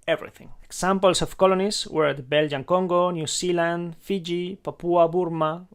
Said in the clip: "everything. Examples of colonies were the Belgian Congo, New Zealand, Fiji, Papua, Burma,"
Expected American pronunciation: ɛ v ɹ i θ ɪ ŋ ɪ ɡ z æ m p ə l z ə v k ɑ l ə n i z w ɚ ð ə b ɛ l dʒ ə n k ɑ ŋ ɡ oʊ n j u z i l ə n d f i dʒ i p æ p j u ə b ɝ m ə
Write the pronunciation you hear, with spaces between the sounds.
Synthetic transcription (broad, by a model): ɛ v ɹ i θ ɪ ŋ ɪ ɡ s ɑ m p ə l s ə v k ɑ l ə n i s w ɚ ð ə b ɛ l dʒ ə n k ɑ ŋ ɡ oʊ n j u s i l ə n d f i dʒ i p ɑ p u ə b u m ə